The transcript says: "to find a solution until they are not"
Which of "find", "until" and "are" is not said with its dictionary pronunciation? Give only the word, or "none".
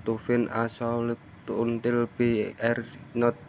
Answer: find